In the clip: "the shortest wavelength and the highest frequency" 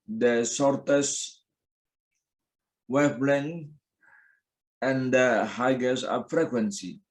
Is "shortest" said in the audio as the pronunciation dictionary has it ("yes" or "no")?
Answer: no